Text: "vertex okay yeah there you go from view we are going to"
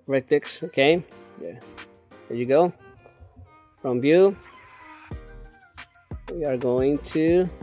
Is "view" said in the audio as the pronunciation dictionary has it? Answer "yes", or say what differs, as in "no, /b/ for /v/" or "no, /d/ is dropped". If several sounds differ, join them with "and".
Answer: no, /b/ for /v/